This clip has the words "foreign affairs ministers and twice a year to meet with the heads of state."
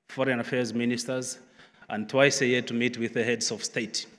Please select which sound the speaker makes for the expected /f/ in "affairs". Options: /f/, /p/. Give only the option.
/f/